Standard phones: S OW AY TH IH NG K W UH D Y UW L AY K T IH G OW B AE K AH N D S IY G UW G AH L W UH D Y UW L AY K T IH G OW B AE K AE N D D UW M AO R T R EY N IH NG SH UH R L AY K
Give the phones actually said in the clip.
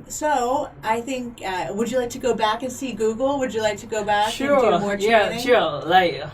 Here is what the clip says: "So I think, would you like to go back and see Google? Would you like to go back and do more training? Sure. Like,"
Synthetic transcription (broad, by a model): S OW AY TH IH NG K W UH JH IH L AY K T IH G OW B AE K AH N S IY G UW G L W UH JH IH L AY K T IH G OW B AE K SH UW M AO R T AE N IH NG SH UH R L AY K